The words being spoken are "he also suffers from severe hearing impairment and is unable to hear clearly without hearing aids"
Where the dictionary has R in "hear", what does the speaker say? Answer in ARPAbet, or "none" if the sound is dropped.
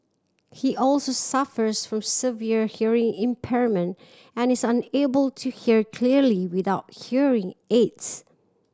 R